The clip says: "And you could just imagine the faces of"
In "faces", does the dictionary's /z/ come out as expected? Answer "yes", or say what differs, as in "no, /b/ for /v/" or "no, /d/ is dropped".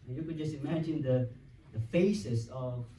no, /s/ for /z/